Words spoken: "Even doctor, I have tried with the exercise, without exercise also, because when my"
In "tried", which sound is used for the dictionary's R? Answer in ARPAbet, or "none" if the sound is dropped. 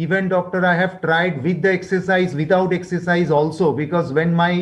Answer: R